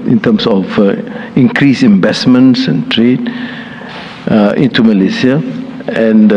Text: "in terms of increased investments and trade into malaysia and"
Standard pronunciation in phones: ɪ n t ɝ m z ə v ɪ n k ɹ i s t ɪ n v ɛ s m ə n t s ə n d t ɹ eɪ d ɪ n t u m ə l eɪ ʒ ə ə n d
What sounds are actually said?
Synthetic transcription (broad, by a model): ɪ n t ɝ m s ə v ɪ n k ɹ i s ɪ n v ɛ s m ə n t s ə n t ɹ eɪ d ɪ n t u m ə l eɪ s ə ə n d